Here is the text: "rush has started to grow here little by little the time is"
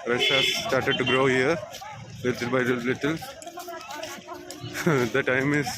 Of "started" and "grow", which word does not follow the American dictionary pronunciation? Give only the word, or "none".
none